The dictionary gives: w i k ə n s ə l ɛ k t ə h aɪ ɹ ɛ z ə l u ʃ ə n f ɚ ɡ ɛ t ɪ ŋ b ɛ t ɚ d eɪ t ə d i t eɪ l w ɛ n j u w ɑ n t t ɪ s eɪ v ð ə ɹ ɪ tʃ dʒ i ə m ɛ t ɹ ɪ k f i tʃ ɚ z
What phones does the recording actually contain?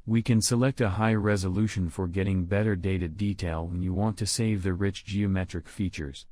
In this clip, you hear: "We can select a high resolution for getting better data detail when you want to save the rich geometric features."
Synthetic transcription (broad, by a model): w i k ə n s ə l ɛ k t ə h aɪ ɹ ɛ z ə l u ʃ ə n f ɚ ɡ ɛ t ɪ ŋ b ɛ t ɚ d eɪ t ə d i t eɪ l w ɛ n j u w ɑ n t t ɪ s eɪ v ð ə ɹ ɪ tʃ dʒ i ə m ɛ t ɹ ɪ k f i tʃ ɚ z